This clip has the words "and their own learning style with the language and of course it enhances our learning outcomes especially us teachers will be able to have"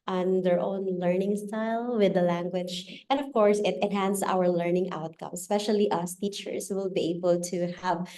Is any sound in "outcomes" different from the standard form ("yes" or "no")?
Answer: yes